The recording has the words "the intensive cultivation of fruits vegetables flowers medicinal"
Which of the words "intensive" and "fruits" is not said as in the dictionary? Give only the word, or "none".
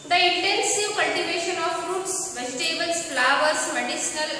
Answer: none